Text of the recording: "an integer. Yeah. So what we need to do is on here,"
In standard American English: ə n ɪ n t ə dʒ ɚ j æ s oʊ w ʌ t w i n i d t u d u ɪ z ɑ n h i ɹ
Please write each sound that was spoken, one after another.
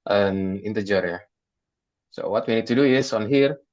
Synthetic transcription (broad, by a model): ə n ɪ n t ə dʒ ɚ j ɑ s oʊ w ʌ t w i n i d t u d u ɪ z ɑ n h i ɹ